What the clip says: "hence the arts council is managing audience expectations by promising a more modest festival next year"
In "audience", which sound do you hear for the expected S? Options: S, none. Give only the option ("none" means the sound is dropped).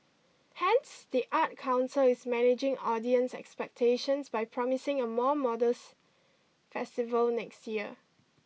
S